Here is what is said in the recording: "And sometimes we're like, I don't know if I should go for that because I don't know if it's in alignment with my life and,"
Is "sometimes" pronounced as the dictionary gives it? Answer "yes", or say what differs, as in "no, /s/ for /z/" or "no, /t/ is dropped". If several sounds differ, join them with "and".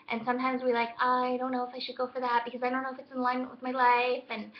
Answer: yes